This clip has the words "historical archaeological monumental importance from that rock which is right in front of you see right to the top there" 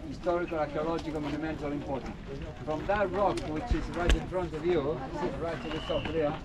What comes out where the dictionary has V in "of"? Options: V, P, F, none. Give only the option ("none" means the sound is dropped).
V